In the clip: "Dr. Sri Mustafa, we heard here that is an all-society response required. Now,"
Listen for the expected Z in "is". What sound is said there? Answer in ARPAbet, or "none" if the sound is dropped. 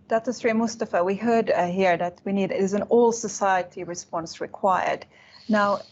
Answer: Z